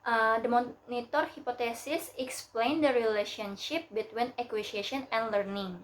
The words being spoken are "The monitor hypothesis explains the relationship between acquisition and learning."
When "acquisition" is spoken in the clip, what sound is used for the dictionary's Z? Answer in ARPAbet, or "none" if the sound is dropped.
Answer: S